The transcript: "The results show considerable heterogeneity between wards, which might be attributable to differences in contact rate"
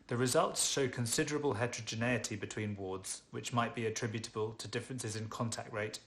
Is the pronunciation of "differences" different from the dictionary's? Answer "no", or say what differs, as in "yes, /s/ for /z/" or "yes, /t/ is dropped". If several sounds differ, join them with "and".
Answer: no